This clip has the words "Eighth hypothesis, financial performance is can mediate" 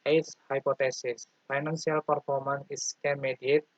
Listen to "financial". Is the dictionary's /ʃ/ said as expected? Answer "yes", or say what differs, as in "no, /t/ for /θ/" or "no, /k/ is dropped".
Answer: no, /s/ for /ʃ/